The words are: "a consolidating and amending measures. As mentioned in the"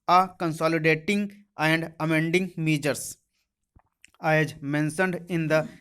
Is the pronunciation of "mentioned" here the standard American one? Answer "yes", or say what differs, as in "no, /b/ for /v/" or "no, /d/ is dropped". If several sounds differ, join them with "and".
no, /s/ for /ʃ/